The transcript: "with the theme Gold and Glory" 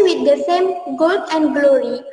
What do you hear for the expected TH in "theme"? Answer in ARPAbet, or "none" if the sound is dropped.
S